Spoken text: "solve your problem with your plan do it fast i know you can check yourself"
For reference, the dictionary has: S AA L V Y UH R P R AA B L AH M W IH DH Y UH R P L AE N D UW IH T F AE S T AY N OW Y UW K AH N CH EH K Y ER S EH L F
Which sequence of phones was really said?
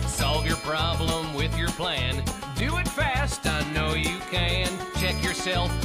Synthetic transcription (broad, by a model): S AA L V Y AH R P R AA B L AH M W IH DH Y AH R P L AE N D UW IH T F AE S T AY N OW Y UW K AH N CH EH K Y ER S EH L F